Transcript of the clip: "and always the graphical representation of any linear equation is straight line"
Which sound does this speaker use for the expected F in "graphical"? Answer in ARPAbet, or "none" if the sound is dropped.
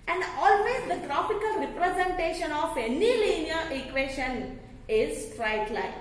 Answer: P